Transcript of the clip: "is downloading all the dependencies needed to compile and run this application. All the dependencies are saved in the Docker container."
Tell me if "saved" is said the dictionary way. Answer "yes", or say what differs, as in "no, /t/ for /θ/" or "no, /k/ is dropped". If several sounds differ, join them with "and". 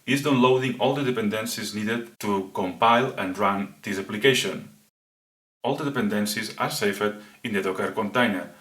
no, /f/ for /v/